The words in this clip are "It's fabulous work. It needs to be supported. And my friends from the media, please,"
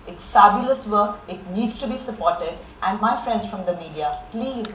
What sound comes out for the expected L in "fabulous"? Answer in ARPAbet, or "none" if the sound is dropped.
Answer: L